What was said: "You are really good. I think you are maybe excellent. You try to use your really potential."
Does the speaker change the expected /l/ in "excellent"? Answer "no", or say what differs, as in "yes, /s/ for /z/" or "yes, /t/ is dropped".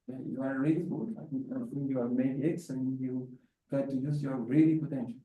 yes, /l/ is dropped